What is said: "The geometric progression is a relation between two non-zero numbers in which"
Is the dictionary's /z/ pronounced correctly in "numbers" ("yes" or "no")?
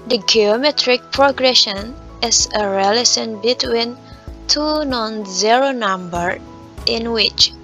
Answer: no